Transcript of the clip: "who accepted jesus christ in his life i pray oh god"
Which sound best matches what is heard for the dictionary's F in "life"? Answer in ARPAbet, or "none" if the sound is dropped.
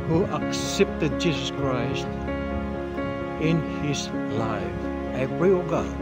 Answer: F